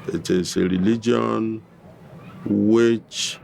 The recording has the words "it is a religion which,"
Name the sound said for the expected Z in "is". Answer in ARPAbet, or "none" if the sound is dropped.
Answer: S